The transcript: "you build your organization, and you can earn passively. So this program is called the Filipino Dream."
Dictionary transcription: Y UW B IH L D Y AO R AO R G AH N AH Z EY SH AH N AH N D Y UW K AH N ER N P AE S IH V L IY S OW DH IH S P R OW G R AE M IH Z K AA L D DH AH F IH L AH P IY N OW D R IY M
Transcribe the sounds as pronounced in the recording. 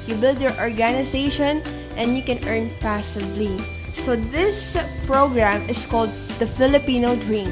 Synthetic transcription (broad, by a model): Y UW B IH L D Y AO R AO R G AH N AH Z EY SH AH N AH N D Y UW K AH N ER N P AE S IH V L IY S OW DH IH S P R OW G R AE M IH S K AA L D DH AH F IH L AH P IY N OW D R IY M